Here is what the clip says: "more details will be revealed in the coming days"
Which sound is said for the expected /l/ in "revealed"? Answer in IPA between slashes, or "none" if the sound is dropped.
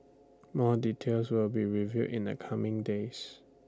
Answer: none